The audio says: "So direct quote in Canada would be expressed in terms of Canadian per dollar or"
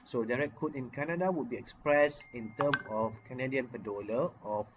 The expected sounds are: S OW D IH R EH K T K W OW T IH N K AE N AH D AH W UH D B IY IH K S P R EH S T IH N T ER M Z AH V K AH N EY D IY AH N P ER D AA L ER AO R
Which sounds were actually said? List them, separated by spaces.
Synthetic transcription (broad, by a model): S OW D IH R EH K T K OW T IH N K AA N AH D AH W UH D B IY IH K S P R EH S IH N T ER M S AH F K AH N EY D IY AH N P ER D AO L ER AO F